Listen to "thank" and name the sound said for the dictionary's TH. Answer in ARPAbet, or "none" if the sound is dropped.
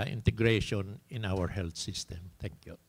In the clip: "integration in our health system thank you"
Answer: T